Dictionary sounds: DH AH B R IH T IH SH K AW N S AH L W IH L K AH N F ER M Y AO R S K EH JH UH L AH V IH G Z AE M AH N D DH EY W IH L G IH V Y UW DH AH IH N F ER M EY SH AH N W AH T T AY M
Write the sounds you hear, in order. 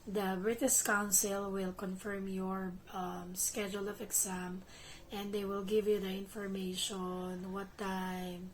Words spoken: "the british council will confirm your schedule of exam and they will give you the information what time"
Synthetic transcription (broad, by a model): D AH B R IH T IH S K AW N S AH L W IH L K AH N F ER M Y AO R S K EH JH UH L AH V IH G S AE M AH N D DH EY W IH L G IH V Y UW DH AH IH N F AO M EY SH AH N W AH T T AY M